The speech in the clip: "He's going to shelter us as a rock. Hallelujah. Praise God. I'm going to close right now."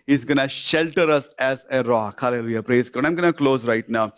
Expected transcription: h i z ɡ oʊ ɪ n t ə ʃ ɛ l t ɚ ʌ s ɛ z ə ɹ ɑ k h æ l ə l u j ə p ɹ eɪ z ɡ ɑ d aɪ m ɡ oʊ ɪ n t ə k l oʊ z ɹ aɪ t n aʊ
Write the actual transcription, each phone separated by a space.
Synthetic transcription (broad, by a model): h i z ɡ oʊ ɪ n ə ʃ ɛ l t ɚ ʌ s ɛ z ə ɹ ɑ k h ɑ l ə l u j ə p ɹ eɪ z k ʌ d aɪ m ɡ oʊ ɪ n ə k l oʊ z ɹ aɪ t n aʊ